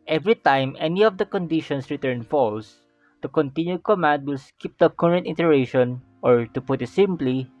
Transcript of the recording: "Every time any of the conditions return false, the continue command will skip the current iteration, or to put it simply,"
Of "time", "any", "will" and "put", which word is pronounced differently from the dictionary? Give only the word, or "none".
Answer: none